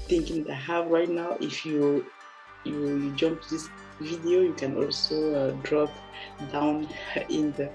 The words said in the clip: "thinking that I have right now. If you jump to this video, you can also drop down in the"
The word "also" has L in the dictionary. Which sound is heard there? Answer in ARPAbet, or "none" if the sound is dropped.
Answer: L